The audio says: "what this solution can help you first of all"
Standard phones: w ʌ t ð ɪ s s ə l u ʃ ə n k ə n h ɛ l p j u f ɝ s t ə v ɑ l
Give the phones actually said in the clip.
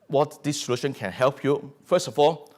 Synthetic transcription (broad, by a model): w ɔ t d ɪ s s ə l u ʃ ə n k ə n h ɛ l p j u f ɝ s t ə f ɑ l